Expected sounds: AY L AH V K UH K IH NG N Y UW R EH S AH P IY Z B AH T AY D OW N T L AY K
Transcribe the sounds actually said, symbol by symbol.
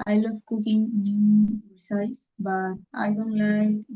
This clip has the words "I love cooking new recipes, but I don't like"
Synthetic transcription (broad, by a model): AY L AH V K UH K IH NG N Y UW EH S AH IY B AH T AY D OW N T L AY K